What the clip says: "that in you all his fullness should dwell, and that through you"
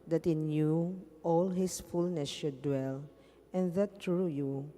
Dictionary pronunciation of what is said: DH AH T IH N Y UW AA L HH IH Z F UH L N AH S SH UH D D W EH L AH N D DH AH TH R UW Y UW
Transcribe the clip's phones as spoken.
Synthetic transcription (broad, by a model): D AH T IH N Y UW AA L HH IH S F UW L N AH S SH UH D D W EH L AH N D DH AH T R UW Y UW